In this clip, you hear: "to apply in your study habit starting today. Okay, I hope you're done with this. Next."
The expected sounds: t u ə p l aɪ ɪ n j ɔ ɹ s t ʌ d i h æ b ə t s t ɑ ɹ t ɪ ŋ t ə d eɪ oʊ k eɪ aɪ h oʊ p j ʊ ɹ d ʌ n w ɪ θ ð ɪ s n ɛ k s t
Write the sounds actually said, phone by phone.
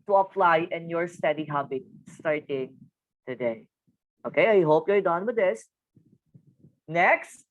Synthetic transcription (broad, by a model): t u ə f l aɪ ɪ n j ɔ ɹ s t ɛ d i h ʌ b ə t s t ɑ ɹ t ɪ ŋ t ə d eɪ oʊ k eɪ aɪ h oʊ p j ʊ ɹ d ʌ n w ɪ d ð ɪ s n ɛ k s t